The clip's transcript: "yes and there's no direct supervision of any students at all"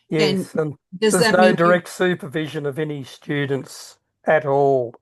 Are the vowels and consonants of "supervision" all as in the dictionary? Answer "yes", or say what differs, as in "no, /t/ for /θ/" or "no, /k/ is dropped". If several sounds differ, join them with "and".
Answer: yes